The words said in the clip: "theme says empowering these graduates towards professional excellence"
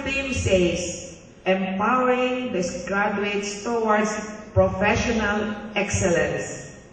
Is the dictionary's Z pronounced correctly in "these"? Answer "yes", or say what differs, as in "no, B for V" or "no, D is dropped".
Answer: no, S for Z